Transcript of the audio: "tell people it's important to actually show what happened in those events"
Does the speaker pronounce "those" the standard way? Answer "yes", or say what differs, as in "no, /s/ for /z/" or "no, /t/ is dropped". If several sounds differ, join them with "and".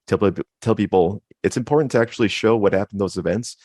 yes